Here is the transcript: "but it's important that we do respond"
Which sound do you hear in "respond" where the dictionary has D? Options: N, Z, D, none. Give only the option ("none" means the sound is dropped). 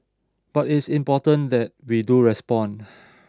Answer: none